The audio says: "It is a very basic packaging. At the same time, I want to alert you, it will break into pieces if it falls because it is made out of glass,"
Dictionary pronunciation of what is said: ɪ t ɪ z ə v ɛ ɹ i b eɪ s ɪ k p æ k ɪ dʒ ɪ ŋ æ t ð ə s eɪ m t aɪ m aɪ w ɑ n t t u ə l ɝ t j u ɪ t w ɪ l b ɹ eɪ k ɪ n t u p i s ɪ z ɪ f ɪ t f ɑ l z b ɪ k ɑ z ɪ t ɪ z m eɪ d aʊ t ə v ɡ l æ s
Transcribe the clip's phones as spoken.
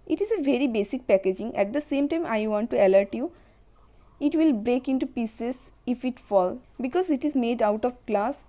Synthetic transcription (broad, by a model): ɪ t ɪ z ə v ɛ ɹ i b eɪ s ɪ k p æ k ɪ dʒ ɪ ŋ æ t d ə s eɪ m t aɪ m aɪ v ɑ n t t u ə l ɝ t j u ɪ t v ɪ l b ɹ eɪ k ɪ n t u p i s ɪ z ɪ f ɪ t f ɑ l b ɪ k ɑ z ɪ t ɪ z m eɪ d aʊ t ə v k l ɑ s